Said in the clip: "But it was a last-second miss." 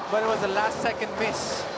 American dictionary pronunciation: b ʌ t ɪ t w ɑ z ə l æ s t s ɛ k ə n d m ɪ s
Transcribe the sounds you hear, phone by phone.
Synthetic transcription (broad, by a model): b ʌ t ɪ t w ɑ z ə l æ s t s ɛ k ə n d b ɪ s